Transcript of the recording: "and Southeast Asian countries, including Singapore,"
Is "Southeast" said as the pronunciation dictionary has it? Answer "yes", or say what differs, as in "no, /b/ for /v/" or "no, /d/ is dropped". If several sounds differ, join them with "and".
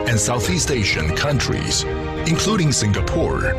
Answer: yes